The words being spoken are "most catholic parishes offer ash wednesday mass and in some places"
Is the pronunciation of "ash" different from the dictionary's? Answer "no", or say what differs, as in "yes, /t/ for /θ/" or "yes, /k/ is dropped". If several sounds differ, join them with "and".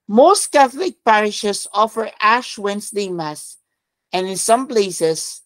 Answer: no